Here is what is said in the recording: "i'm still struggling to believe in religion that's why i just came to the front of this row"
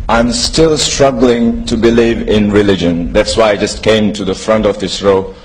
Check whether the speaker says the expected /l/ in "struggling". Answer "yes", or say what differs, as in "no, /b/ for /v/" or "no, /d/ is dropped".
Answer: yes